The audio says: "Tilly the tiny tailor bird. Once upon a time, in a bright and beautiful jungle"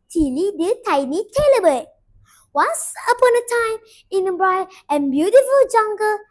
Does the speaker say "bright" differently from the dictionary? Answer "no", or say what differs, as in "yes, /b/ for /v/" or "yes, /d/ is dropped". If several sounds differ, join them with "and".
yes, /t/ is dropped